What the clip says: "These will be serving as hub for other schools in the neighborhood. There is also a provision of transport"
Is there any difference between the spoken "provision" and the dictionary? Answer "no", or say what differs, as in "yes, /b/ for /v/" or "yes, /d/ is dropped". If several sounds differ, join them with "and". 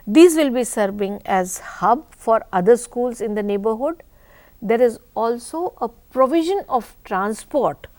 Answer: no